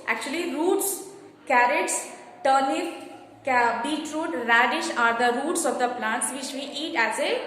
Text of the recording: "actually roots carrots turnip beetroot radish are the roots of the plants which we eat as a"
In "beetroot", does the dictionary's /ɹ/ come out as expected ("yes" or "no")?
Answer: yes